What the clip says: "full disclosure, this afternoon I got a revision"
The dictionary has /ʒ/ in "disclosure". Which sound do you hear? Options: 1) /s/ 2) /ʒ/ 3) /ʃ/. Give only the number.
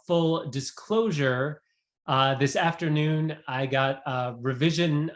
2